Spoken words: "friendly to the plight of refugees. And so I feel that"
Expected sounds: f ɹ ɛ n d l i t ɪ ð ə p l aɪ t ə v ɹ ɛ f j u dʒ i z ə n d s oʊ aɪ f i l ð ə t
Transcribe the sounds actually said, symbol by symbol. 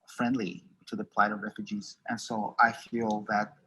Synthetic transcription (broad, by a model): f ɹ ɛ n d l i t ɪ ð ə p l aɪ t ə v ɹ ɛ f j u dʒ i z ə n s oʊ aɪ f i l ð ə t